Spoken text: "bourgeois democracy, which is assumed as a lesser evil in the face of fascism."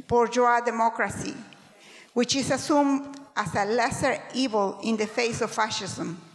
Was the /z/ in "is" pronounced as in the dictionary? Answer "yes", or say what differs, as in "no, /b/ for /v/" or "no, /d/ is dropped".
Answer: no, /s/ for /z/